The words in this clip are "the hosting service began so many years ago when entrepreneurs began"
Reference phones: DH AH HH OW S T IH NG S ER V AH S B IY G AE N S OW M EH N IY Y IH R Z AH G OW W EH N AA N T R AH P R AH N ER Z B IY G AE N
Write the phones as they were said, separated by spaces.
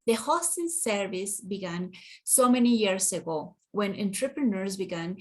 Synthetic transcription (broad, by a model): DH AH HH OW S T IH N S ER V AH S B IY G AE N S OW M EH N IY Y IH R S AH G OW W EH N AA N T R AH P R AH N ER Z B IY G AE N